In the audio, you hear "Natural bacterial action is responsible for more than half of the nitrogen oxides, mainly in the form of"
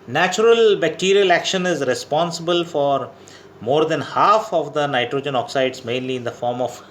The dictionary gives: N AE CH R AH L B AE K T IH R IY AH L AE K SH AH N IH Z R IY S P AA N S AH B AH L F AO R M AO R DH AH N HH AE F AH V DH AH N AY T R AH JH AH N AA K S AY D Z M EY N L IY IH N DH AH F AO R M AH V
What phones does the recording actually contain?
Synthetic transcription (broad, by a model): N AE CH R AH L B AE K T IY R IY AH L AE K SH AH N IH Z R IY S P AA N S AH B AH L F AO R M AO R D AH N HH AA F AH V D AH N AY T R AH JH AH N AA K S AY D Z M EY N L IY IH N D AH F AO R M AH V